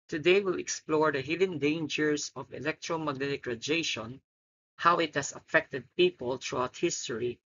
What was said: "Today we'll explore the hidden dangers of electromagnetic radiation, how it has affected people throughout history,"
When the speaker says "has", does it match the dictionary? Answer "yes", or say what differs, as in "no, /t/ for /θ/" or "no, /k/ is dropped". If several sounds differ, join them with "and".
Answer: no, /s/ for /z/